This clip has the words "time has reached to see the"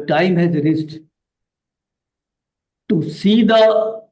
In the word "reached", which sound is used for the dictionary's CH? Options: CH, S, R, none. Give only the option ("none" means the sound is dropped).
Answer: S